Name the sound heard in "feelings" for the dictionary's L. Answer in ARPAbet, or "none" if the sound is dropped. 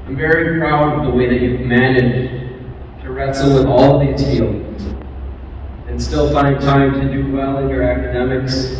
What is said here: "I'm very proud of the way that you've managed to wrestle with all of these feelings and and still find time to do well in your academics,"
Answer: none